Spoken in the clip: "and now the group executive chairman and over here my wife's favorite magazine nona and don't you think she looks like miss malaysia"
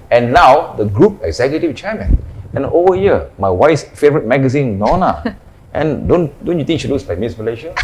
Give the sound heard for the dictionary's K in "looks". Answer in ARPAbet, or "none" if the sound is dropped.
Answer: none